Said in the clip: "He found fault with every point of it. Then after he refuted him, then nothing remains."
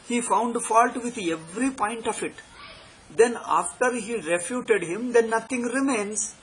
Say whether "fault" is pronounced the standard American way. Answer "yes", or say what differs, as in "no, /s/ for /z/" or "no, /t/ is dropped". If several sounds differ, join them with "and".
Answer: yes